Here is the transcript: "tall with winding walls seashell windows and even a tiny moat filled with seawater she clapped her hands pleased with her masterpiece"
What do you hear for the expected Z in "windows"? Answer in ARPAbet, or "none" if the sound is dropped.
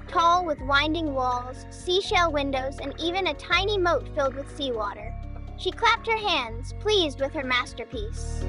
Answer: Z